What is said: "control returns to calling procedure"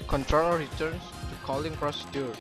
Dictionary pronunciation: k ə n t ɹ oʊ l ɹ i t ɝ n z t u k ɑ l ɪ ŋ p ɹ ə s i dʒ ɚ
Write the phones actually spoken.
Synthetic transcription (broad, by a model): k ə n t ɹ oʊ l ɹ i t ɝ n s t u k ɑ l ɪ ŋ p ɹ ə s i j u